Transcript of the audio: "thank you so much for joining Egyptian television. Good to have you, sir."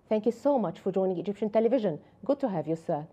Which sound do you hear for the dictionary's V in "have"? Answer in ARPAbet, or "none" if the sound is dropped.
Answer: V